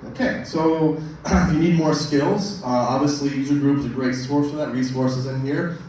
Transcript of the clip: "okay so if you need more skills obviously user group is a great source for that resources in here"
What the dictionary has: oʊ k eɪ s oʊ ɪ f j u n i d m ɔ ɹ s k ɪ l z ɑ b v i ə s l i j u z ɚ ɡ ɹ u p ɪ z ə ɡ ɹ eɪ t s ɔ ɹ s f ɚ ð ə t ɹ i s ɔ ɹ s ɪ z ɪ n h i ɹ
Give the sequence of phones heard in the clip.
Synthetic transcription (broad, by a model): oʊ k eɪ s oʊ ɪ f j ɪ n i d m ɔ ɹ s k ɪ l z ɑ b v i ə s l i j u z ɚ ɡ ɹ u p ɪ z ə ɡ ɹ eɪ t s ɔ ɹ s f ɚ ð ə t ɹ i s ɔ ɹ s ɪ z ɪ n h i ɹ